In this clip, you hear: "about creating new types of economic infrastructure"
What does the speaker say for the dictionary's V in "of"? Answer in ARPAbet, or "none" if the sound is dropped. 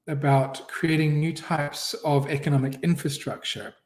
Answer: V